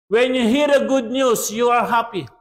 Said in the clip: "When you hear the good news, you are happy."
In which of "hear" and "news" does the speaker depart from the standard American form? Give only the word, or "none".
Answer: news